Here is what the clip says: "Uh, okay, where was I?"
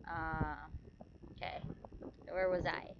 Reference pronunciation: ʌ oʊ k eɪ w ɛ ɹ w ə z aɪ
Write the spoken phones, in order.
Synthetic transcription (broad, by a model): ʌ oʊ k eɪ w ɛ ɹ w ə z aɪ